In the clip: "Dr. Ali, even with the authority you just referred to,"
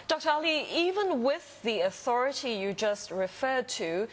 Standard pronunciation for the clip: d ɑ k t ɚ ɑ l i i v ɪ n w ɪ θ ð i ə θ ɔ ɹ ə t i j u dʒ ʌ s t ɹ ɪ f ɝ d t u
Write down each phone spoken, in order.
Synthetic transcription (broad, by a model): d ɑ k t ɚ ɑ l i i v ɪ n w ɪ ð i ə θ ɔ ɹ ə t i j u dʒ ʌ s t ɹ ɪ f ɝ d t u